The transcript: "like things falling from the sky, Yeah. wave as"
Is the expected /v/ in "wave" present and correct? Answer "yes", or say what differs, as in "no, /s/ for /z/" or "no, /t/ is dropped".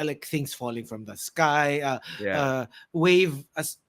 yes